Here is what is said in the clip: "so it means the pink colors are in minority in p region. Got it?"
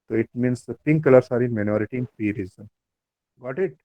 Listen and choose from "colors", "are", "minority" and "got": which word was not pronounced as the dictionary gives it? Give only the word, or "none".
colors